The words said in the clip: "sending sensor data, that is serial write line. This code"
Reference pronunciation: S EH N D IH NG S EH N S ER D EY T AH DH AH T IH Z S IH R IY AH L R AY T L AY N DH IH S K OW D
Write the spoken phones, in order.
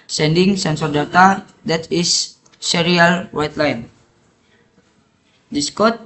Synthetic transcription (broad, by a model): S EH N D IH NG S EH N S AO D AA T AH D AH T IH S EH R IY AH L W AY T L AY N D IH S K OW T